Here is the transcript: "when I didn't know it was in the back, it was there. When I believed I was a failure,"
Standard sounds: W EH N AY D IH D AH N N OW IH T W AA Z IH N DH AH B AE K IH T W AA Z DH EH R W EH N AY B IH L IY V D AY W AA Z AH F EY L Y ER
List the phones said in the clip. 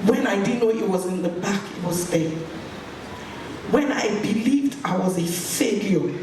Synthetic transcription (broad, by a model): W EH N AY D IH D N N OW IH T W AA Z IH N DH AH B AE K IH T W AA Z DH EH W EH N AY B IH L IY V D AY W AA Z AH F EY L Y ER